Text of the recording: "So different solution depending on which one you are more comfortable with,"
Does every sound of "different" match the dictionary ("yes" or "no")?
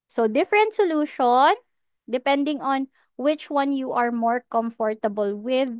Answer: yes